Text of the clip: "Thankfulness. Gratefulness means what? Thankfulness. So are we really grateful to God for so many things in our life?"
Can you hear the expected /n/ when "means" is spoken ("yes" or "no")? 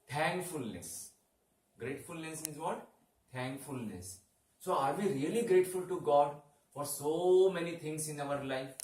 no